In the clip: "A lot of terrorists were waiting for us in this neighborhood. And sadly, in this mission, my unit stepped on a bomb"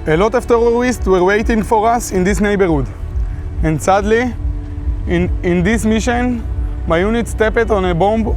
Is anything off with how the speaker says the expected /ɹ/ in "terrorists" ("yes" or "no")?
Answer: yes